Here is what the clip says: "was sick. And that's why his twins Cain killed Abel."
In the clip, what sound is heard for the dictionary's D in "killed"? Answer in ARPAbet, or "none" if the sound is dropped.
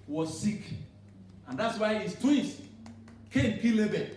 none